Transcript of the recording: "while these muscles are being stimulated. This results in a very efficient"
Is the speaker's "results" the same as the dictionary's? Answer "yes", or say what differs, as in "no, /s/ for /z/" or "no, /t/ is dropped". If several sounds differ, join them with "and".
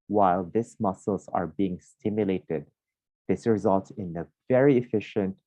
yes